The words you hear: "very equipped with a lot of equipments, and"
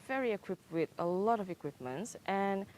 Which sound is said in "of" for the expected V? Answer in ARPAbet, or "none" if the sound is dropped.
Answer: V